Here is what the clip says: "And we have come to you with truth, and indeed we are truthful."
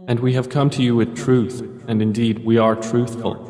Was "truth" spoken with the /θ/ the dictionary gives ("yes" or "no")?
yes